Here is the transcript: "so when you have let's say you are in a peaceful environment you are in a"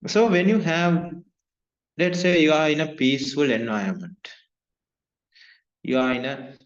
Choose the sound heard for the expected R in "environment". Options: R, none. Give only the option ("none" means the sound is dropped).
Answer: none